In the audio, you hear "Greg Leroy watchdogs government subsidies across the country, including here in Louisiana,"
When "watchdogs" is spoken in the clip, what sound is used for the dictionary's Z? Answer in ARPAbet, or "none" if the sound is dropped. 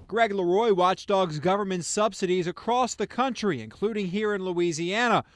Z